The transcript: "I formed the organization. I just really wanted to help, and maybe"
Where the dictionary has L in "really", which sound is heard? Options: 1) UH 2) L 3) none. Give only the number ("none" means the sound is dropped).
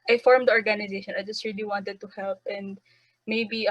2